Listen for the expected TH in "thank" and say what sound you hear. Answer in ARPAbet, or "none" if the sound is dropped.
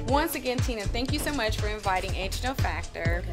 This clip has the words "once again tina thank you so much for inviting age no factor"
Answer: TH